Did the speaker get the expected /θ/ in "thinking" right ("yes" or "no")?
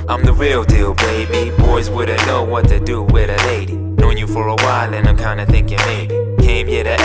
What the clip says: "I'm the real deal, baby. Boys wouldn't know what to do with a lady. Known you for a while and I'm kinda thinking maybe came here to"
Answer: yes